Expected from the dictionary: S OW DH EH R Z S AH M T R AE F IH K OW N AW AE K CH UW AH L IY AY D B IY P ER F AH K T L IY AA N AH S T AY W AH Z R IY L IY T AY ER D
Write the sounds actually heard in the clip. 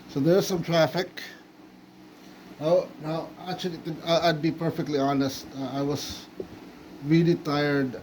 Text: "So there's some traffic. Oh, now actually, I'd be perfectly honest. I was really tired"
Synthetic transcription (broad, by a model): S OW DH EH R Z S AH M T R AE F IH K OW N AW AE K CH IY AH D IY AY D B IY P ER F AH K T L IY AA N AH S T AY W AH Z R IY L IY T AY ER D